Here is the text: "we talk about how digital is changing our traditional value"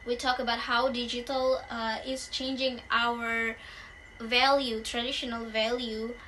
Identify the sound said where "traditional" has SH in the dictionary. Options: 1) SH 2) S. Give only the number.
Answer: 1